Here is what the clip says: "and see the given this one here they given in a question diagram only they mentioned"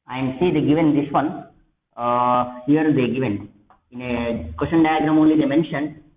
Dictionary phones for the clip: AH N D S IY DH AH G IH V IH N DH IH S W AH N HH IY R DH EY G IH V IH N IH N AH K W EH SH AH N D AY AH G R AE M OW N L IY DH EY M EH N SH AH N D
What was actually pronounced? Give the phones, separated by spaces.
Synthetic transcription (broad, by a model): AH N D S IY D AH G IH V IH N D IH S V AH N HH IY R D EY G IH V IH N IH N AH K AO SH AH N D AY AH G R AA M OW N L IY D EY M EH N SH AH N D